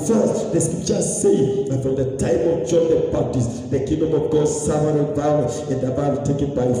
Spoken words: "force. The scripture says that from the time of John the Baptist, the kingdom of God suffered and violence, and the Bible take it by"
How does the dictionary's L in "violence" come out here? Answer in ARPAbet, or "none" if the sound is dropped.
none